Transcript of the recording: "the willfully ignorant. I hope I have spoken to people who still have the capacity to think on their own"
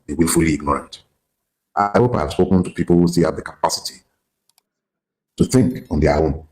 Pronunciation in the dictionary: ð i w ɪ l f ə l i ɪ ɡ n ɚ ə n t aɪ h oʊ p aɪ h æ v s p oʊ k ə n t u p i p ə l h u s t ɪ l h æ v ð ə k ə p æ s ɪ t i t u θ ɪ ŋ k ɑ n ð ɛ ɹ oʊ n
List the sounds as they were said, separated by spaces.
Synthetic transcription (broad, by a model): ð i w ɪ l f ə l i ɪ ɡ n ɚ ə n t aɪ h oʊ p aɪ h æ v s p oʊ k ə n t u p i p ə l h u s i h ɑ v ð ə k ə p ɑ s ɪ t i t u θ ɪ ŋ k ɑ n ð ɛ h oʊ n